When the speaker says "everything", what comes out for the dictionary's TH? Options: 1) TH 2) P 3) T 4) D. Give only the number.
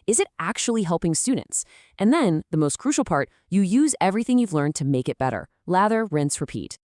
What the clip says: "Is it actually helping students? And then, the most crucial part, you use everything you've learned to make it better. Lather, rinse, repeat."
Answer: 1